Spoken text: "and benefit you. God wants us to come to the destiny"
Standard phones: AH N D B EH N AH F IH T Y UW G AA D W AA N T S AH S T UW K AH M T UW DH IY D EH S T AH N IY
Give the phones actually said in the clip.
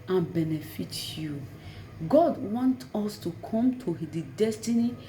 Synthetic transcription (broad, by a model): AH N B EH N AH F IH T Y UW G AA D W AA N T AO S T UW K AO M T UW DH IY D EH S T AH N IY